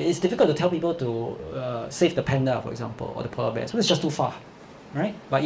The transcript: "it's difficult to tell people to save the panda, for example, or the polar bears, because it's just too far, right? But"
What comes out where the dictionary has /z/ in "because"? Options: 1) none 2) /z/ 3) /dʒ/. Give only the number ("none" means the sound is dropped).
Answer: 1